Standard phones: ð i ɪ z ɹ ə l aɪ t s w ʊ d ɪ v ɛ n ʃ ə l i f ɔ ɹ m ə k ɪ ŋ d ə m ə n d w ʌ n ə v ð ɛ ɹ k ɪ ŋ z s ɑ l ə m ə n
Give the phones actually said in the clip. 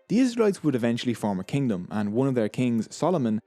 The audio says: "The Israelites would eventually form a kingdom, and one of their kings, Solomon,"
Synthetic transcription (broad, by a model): ð i ɪ z ɹ ə l aɪ t s w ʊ d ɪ v ɛ n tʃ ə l i f ɔ ɹ m ə k ɪ ŋ d ə m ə n w ʌ n ə v ð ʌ ɹ k ɪ ŋ z s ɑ l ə m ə n